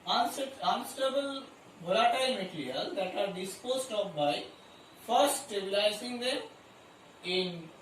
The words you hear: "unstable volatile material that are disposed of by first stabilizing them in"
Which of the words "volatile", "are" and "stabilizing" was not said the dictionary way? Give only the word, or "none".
volatile